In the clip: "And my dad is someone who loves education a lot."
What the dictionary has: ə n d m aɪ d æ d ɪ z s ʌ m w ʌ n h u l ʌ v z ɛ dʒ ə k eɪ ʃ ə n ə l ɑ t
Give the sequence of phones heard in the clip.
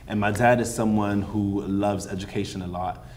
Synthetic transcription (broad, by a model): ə n m aɪ d æ d ɪ z s ʌ m w ʌ n h u l ʌ v z ɛ dʒ ə k eɪ ʃ ə n ə l ɑ t